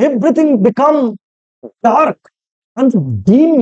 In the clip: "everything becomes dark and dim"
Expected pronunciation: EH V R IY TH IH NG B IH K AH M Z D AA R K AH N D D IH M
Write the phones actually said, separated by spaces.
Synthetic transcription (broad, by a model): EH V R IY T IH NG B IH K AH M D AA R K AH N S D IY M